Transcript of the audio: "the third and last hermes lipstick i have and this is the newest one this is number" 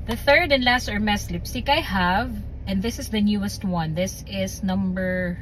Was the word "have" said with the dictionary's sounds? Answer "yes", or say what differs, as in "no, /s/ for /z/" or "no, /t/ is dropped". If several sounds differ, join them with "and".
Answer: yes